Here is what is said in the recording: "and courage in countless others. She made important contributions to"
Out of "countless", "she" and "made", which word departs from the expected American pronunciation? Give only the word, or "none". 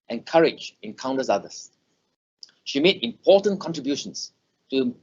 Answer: countless